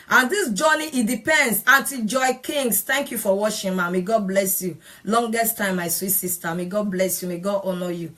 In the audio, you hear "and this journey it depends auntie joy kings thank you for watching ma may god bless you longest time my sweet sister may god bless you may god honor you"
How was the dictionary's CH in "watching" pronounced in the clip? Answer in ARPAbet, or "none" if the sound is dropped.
SH